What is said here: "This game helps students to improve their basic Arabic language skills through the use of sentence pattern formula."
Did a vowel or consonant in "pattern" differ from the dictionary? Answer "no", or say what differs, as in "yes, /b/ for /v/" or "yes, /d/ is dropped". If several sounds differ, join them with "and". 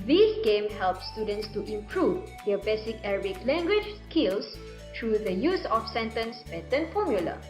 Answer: yes, /b/ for /p/